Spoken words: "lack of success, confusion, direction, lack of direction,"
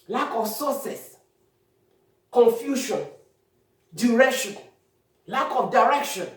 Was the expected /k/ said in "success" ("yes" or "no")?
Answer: no